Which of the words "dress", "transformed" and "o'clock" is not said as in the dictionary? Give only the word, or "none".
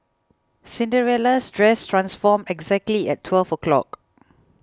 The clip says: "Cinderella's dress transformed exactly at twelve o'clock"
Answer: transformed